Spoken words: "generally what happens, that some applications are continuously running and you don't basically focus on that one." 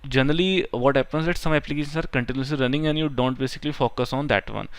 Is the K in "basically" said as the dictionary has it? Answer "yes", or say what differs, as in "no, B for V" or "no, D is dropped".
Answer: yes